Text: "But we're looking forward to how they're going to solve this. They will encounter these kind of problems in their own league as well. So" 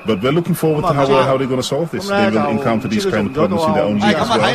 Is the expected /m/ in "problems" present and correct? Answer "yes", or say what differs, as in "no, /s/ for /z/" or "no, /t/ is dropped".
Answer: no, /m/ is dropped